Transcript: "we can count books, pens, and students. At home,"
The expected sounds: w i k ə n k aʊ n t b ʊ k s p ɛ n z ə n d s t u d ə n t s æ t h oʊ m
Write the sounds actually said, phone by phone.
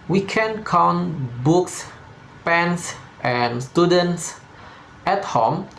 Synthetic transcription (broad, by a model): w i k ə n k aʊ n t b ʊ k s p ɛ n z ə n s t u d ə n t s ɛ t h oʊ m